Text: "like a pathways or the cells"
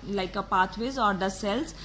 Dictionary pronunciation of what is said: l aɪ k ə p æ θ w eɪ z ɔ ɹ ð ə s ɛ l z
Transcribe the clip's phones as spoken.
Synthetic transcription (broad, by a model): l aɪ k ə p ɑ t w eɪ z ɔ ɹ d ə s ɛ l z